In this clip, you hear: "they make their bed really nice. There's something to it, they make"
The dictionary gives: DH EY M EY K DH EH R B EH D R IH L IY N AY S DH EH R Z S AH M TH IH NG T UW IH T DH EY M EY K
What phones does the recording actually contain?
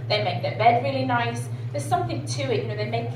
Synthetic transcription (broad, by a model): DH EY M EY K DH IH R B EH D R IH L IY N AY S DH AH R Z S AH M TH IH NG T UW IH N DH EY M EY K